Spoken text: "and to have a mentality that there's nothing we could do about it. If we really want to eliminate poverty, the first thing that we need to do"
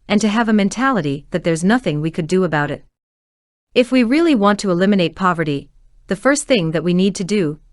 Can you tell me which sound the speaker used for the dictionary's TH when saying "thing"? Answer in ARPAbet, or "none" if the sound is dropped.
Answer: TH